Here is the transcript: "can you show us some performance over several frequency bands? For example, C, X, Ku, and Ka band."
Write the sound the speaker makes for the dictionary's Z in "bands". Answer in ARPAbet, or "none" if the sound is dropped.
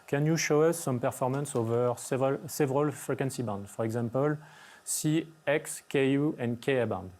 none